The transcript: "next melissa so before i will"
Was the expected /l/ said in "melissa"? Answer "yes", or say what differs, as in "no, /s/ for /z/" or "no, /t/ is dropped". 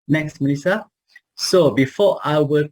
no, /n/ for /l/